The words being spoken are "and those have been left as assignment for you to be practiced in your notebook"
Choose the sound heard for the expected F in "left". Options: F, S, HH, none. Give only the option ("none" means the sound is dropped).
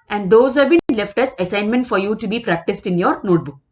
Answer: F